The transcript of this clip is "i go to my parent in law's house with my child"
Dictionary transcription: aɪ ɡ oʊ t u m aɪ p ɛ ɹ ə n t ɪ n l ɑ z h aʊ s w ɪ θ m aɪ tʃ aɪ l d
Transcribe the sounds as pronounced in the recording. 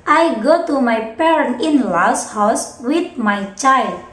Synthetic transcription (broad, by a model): aɪ ɡ oʊ t u m aɪ p ɛ ɹ ə n t ɪ n l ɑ s h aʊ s w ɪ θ m aɪ tʃ aɪ l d